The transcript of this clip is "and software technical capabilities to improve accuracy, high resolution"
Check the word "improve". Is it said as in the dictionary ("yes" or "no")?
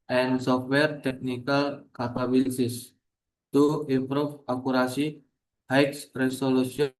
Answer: no